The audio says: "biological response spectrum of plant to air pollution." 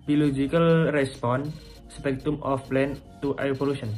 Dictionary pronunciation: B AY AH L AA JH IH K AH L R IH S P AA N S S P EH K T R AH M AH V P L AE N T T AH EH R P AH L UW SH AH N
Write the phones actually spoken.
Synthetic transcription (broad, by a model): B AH L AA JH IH K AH L R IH S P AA N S S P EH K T AH M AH F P L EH N T T AH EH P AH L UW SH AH N